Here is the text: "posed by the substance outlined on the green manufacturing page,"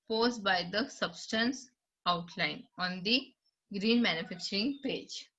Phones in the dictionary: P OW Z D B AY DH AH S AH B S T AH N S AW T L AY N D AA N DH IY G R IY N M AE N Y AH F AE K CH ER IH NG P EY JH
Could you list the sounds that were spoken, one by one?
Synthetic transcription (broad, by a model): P OW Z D B AY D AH S AH B S T AH N S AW T L AY N AA N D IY G R IY N M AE N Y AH F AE K CH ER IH NG P EY JH